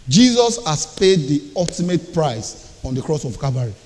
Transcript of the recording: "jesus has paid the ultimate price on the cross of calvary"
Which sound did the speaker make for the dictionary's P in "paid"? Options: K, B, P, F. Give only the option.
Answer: P